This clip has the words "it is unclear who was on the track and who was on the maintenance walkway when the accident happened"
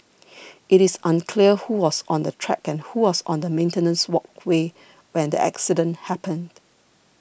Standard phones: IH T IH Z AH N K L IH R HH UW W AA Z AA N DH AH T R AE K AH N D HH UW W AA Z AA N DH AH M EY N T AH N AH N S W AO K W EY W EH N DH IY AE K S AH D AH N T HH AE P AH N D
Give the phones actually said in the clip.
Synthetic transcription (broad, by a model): IH T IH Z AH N K L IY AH HH UW W AA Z AA N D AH T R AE K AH N HH UW W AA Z AA N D AH M EY N T AH N AH N S W AO K W EY W EH N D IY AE K S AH D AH N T HH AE P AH N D